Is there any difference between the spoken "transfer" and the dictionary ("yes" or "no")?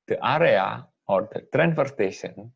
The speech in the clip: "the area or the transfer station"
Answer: yes